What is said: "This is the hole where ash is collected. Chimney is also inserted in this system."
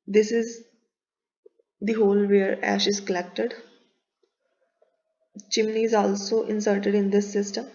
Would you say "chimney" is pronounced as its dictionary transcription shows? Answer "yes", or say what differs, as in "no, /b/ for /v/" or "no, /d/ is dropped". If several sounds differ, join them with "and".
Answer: yes